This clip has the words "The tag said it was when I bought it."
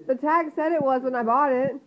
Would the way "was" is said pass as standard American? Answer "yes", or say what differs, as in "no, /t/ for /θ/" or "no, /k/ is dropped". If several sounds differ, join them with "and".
yes